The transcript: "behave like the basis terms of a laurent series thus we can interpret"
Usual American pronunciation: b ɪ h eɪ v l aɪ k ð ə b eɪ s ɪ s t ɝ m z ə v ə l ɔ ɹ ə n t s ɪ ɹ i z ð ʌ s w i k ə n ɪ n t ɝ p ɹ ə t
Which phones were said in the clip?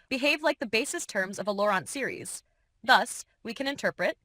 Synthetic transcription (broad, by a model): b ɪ h eɪ v l aɪ k ð ə b eɪ s ɪ s t ɝ m z ə v ə l ɔ ɹ ə n t s ɪ ɹ i z ð ʌ s w i k ə n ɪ n t ɝ p ɹ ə t